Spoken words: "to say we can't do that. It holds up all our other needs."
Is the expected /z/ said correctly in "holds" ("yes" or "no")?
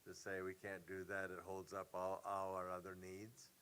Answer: yes